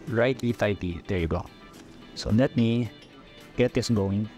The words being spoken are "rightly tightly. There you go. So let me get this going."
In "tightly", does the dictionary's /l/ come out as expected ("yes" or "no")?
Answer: no